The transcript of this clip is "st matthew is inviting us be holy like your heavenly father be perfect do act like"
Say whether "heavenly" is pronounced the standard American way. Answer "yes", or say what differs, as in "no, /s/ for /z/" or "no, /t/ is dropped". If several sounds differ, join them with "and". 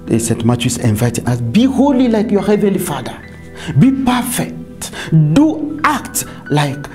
yes